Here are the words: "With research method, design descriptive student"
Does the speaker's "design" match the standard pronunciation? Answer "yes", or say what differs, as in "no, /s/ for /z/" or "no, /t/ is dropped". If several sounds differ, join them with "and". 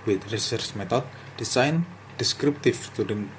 no, /s/ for /z/